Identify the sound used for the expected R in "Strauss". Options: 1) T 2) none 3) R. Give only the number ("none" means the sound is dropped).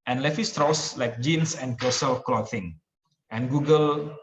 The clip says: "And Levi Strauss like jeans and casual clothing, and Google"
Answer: 3